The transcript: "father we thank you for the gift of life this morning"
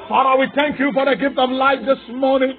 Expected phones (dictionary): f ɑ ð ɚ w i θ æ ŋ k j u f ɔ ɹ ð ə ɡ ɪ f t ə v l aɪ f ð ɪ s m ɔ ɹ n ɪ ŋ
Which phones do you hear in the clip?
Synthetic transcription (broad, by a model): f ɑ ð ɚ w i θ æ ŋ k j u f ɔ ɹ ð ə ɡ ɪ f t ə v l aɪ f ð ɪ s m ɔ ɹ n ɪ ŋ